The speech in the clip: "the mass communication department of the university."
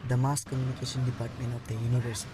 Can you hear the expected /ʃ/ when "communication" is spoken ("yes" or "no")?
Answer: no